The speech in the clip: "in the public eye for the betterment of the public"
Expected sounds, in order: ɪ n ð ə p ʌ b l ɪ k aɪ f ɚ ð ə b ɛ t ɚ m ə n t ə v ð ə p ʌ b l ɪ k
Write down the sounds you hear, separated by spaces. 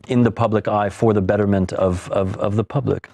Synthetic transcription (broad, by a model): ɪ n ð ə p ʌ b l ɪ k aɪ f ɚ ð ə b ɛ t ɚ m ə n t ə v ð ə p ʌ b l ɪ k